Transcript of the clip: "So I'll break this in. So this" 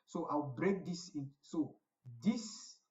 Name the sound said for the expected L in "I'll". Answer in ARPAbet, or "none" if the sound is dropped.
W